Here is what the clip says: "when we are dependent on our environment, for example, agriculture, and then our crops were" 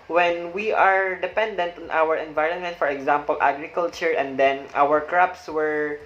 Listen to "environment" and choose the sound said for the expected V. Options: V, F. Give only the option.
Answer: V